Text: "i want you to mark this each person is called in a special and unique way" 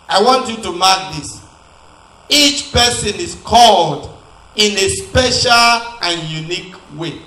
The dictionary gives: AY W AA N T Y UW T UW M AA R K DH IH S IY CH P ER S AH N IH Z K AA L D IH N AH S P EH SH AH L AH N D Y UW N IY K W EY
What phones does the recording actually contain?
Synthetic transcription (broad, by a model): AY W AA N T Y UW T UW M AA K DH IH S IY CH P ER S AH N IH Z K AA L D IH N AH S P EH SH AH L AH N Y UW N IY K W EY